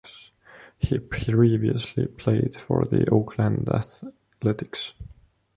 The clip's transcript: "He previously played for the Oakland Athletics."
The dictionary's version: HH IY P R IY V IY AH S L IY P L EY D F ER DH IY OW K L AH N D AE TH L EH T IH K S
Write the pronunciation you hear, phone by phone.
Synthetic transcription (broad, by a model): HH IY P R IY V IY AH S L IY P L EY D F ER DH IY OW K L AH N D AE TH L EH T IH K S